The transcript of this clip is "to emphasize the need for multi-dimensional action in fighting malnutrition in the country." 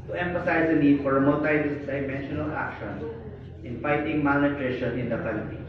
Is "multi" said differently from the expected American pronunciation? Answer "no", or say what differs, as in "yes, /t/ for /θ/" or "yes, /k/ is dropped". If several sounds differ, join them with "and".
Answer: yes, /l/ is dropped